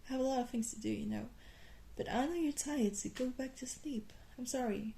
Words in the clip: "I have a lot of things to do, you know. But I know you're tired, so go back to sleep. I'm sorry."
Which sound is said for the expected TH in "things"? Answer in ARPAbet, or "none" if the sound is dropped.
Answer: TH